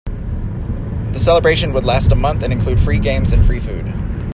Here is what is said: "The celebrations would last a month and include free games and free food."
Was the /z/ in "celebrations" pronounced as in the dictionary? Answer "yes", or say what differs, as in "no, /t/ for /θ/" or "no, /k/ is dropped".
no, /z/ is dropped